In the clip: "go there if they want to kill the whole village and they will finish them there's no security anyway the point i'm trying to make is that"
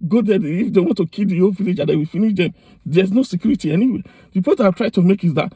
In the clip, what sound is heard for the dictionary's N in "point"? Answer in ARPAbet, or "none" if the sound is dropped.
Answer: none